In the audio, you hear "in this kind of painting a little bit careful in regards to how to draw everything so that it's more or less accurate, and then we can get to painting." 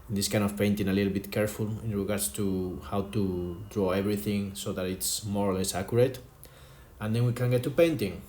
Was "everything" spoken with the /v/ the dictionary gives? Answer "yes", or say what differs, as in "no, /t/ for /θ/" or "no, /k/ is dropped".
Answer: no, /b/ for /v/